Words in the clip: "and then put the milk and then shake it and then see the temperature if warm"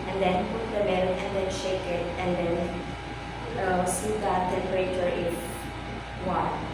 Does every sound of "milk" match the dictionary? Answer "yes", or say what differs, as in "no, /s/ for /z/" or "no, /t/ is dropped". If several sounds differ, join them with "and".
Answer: no, /k/ is dropped